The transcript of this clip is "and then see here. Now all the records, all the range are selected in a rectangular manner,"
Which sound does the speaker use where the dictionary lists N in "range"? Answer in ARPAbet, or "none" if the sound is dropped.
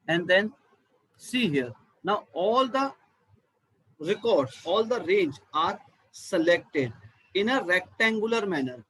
N